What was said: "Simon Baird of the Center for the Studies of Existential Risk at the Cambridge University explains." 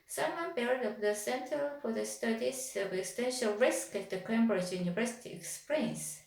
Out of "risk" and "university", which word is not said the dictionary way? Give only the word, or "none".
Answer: none